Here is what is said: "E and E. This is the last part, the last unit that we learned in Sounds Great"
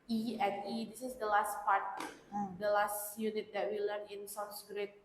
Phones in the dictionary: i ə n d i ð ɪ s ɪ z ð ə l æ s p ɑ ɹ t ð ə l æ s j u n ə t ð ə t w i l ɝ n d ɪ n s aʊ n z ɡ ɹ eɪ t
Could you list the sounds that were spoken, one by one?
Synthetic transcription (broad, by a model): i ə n i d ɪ s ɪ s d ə l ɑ s p ɑ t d ə l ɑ s j u n ə t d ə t w i l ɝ n ɪ n s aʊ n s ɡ ɹ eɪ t